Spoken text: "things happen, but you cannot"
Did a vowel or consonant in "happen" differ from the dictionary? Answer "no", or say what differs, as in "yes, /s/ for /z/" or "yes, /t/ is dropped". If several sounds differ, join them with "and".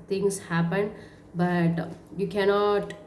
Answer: no